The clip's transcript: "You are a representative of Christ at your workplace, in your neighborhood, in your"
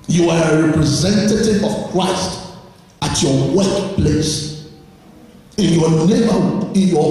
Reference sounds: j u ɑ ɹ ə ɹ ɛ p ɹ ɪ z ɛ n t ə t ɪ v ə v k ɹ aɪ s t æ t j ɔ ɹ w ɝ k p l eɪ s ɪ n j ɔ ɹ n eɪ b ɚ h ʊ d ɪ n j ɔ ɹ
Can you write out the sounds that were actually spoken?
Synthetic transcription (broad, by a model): j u ɑ ɹ ə ɹ ɛ p ɹ ɪ z ɛ n t ə t ɪ v ə v k ɹ aɪ s t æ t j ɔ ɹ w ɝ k p l eɪ s ɪ n j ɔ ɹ n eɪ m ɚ ɪ n j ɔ